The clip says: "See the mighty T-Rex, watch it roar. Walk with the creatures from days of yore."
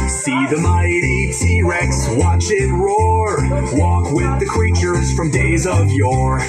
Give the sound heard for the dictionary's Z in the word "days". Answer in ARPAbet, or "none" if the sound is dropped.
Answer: Z